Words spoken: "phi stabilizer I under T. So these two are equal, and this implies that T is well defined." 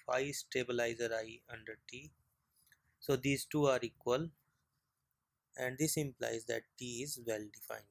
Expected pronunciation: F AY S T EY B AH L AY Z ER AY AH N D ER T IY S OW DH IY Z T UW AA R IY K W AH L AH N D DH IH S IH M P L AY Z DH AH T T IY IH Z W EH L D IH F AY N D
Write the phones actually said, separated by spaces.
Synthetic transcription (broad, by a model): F AY S T EY B AH L AY Z ER AY AH N D ER T IY S OW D IY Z T UW AA R IY K W AH L AH N D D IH S IH M P L AY Z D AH T T IY IH Z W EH L D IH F AY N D